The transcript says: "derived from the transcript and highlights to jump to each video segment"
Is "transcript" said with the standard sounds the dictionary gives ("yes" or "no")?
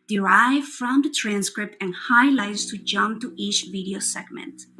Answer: yes